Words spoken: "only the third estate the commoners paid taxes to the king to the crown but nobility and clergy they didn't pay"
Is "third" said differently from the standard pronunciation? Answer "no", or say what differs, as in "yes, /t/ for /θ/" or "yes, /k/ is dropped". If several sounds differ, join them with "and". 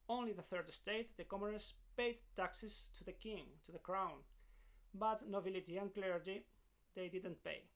no